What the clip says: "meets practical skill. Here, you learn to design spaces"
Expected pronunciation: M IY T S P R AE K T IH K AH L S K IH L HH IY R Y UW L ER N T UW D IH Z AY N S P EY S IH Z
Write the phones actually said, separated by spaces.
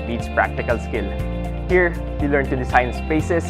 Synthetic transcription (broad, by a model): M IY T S P R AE K T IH K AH L S K IH L HH IY R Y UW L ER N T UW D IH S AY N S P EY S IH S